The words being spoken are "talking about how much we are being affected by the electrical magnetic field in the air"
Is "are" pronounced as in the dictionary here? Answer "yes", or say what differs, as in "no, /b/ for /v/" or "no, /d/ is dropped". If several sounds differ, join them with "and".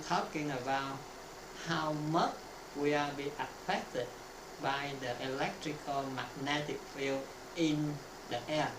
no, /l/ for /ɹ/